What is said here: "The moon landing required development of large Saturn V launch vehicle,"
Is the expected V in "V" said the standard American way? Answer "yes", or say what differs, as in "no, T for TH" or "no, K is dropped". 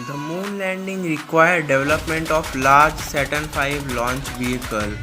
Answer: no, F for V